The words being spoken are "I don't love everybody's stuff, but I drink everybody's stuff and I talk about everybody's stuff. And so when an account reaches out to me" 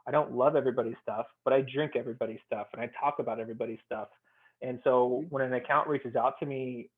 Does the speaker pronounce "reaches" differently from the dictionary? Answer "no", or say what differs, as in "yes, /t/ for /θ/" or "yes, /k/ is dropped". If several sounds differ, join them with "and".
no